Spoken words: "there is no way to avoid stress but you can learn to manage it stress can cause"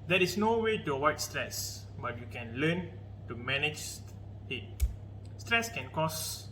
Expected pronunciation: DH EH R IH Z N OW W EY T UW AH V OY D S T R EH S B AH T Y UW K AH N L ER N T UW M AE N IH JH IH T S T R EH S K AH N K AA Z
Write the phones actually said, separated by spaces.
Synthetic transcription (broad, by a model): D EH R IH S N OW W EY T UW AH W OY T S T R EH S B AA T Y UW K AH N L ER N T UW M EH N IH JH IH T S T R EH S K AH N K AA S